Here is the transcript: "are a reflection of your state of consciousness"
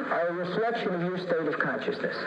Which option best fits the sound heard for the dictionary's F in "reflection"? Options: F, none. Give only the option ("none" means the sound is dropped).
none